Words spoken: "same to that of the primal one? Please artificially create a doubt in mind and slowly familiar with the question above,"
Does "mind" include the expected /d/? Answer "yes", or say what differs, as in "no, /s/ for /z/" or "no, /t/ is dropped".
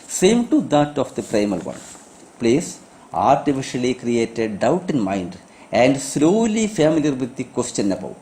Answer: yes